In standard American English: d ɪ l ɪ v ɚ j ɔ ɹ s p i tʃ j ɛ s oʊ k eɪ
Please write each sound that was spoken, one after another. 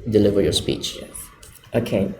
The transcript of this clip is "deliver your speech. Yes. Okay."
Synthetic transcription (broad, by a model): d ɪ l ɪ v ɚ j ɔ ɹ s p i tʃ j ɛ oʊ k eɪ